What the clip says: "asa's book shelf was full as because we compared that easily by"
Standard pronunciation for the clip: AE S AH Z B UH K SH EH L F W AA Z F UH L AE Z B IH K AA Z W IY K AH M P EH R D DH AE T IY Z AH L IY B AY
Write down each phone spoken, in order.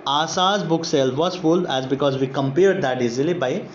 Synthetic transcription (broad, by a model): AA S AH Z B UH K S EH L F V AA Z F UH L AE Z B IH K AA Z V IY K AH M P EH R D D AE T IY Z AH L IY B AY